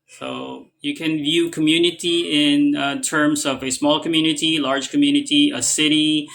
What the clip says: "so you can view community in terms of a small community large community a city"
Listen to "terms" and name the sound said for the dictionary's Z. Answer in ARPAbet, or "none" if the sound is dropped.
Z